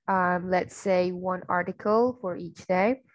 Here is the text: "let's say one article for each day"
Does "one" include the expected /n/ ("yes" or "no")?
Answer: yes